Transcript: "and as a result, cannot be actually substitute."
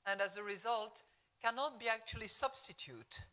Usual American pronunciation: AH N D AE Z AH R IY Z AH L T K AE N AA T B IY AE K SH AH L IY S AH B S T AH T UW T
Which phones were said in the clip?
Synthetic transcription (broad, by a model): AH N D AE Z AH R IY Z AH L T K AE N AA T B IY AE K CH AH L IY S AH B S T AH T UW T